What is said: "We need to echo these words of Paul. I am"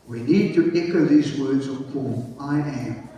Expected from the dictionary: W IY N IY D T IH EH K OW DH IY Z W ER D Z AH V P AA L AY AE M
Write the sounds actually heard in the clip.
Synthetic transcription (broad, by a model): W IY N IY D T IH EH K OW DH IY Z W ER D Z AH V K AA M AY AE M